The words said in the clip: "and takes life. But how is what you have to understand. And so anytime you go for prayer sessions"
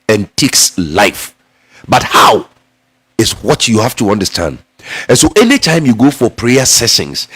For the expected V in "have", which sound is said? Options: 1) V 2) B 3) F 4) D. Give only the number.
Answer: 3